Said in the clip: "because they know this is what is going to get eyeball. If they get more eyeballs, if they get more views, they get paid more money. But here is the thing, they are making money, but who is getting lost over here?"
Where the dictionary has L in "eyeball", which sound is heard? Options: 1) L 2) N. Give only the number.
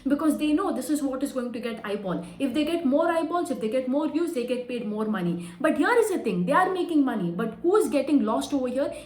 2